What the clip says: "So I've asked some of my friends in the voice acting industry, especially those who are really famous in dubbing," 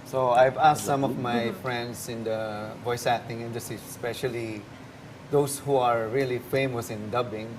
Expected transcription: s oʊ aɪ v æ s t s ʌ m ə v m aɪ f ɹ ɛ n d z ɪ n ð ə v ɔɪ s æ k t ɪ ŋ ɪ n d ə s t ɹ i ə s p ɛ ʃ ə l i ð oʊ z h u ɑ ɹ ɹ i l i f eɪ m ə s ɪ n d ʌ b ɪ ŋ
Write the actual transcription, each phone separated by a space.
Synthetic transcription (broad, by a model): s oʊ aɪ v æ s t s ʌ m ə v m aɪ f ɹ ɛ n d s ɪ n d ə v ɔɪ s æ t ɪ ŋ ɪ n d ə s t ɹ i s s p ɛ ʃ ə l i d oʊ s h u ɑ ɹ ɹ i l i f eɪ m ə s ɪ n d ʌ b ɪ ŋ